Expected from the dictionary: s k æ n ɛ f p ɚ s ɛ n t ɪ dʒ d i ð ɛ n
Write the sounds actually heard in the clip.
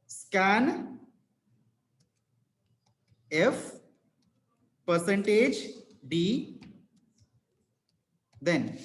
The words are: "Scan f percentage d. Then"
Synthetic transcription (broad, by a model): s k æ n ɛ f p ɚ s ɛ n t ɪ dʒ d i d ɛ n